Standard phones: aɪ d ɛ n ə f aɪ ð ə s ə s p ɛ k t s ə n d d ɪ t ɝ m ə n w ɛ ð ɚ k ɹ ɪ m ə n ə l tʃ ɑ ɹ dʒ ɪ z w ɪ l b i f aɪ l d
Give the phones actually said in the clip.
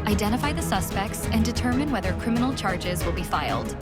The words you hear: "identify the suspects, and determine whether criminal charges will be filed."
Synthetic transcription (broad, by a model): aɪ d ɛ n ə f aɪ ð ə s ə s p ɛ k t s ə n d d ɪ t ɝ m ə n w ɛ ð ɚ k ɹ ɪ m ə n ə l tʃ ɑ ɹ dʒ ɪ z w ɪ l b i f aɪ l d